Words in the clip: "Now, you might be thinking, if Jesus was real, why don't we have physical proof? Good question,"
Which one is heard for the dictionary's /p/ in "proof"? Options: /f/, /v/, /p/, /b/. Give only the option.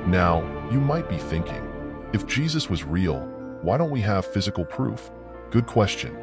/p/